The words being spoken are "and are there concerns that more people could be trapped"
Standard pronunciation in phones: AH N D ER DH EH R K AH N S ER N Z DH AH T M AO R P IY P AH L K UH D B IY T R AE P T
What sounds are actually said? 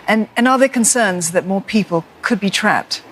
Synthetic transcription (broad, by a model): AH N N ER DH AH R K AH N S ER N Z DH AH T M AO R P IY P AH L K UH D B IY T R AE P T